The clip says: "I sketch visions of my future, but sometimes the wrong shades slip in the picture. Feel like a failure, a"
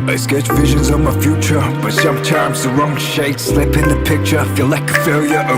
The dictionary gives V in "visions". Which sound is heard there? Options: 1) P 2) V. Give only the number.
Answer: 2